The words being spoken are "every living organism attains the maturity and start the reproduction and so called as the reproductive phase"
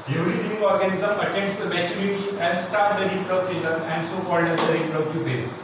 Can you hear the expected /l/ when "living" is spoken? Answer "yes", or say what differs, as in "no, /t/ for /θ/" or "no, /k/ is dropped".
no, /n/ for /l/